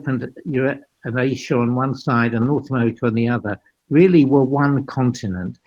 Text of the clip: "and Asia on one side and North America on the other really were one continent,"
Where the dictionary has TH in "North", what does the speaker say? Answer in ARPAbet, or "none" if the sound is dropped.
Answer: TH